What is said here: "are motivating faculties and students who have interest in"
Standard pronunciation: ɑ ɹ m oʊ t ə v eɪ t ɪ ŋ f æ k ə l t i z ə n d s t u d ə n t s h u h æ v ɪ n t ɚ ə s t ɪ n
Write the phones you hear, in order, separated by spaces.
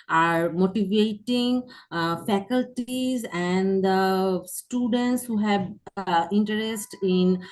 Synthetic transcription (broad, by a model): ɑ ɹ m oʊ t ə v eɪ t ɪ ŋ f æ k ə l t i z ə n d s t u d ə n t s h u h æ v ɪ n t ɚ ə s t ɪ n